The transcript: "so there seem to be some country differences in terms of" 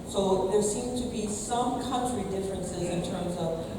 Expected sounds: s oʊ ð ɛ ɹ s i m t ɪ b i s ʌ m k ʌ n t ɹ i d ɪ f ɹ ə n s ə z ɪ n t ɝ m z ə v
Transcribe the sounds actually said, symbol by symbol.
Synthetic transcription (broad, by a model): s oʊ ð ɛ ɹ s i m t ɪ b i s ʌ m k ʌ n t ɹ i d ɪ f ɹ ə n s ə z ɪ n t ɝ m z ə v